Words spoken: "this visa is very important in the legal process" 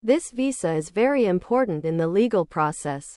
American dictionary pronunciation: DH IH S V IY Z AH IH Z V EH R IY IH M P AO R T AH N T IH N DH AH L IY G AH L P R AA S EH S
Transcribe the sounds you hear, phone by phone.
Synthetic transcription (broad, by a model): DH IH S V IY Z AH IH Z V EH R IY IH M P AO R T N T IH N DH AH L IY G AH L P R AA S EH S